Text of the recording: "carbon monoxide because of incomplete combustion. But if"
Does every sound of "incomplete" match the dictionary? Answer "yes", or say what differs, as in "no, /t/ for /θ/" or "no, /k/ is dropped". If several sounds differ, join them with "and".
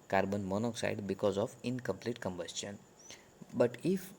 yes